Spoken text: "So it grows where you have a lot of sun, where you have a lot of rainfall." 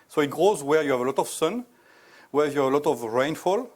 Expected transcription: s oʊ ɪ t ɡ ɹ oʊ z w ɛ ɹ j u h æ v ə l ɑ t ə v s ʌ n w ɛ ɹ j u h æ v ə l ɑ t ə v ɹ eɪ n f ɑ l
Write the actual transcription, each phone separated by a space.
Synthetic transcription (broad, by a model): s oʊ ɪ t ɡ ɹ oʊ z w ɛ ɹ j u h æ v ə l ɑ t ə v s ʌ n w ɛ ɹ j u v ə l ɑ t ə v ɹ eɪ n f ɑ l